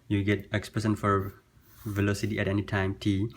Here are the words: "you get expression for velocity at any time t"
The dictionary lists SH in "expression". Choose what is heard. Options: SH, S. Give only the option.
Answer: S